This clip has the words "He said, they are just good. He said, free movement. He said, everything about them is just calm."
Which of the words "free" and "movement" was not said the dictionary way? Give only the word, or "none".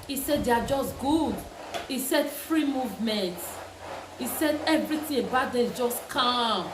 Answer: none